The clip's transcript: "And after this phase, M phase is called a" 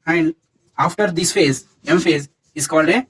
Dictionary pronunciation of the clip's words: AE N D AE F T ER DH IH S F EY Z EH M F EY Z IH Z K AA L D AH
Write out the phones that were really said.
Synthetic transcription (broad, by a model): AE N D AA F T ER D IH S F EY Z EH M F EY Z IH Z K AA L D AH